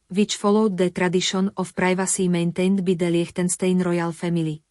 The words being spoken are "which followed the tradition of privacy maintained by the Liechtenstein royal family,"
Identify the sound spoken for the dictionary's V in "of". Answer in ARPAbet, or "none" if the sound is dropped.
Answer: F